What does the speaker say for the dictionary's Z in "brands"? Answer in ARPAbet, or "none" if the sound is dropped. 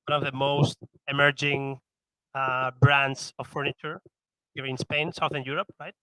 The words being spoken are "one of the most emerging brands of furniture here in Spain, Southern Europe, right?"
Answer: S